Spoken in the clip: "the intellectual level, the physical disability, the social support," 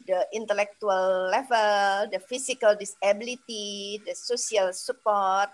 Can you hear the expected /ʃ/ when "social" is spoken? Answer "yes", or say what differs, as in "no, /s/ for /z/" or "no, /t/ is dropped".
no, /s/ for /ʃ/